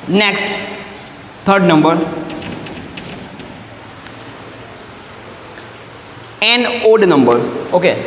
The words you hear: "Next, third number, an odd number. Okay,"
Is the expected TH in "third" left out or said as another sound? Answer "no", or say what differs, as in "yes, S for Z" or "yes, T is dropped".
yes, T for TH